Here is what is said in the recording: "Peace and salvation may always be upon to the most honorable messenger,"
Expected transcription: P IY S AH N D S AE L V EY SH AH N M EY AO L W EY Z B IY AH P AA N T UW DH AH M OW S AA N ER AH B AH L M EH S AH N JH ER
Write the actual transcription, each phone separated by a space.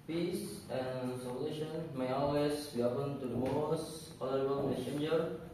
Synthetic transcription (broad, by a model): P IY S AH N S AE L EY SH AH N M EY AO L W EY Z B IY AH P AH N T UW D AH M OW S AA L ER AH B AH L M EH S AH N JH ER